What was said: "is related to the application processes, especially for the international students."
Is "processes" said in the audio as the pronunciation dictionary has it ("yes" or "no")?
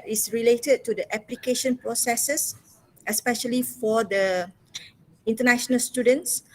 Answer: no